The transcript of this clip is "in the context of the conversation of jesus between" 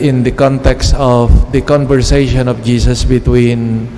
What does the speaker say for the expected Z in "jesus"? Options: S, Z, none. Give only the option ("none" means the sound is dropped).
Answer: S